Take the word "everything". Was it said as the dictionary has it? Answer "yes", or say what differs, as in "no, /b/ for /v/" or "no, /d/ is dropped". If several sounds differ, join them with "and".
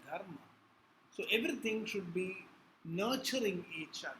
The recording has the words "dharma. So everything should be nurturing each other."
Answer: no, /t/ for /θ/